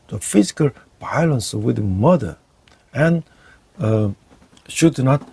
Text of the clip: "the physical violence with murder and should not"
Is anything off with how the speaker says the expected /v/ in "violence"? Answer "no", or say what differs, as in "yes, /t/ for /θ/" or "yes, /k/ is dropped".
yes, /b/ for /v/